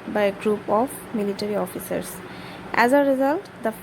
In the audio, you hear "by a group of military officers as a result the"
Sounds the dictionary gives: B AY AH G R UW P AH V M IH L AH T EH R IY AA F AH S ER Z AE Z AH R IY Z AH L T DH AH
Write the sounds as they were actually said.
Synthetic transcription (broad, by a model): B AY AH G R UW P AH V M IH L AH T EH R IY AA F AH S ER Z AE Z AH R IY Z AH L T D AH